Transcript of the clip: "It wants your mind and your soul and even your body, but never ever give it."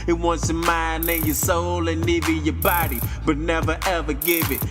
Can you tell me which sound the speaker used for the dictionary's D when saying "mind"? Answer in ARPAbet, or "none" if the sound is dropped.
none